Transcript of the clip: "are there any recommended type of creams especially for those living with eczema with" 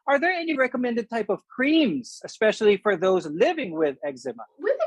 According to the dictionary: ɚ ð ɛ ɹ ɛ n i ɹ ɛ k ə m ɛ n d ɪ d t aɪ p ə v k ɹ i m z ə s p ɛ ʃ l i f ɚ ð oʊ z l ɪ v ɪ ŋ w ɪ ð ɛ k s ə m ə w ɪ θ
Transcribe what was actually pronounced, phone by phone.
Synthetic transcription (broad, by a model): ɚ ð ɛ ɹ ɛ n i ɹ ɛ k ə m ɛ n d ɪ d t aɪ p ə v k ɹ i m z ə s p ɛ ʃ l i f ɚ ð oʊ z l ɪ v ɪ ŋ w ɪ ð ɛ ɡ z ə m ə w